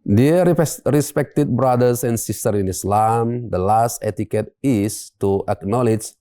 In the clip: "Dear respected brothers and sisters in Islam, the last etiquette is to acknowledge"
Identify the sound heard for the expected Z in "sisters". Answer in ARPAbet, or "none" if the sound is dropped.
none